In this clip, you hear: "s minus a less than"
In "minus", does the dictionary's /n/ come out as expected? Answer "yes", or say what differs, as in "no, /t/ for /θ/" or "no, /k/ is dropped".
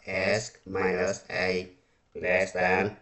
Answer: no, /n/ is dropped